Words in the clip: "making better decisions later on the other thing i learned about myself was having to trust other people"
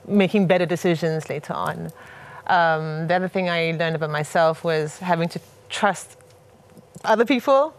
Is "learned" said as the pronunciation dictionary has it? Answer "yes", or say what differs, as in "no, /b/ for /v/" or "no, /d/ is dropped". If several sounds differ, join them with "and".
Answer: yes